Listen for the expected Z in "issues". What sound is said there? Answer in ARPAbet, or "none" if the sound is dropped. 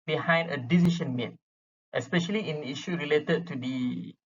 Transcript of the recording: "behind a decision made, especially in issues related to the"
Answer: none